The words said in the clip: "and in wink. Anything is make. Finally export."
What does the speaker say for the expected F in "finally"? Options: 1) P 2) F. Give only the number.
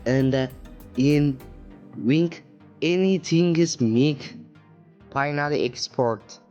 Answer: 1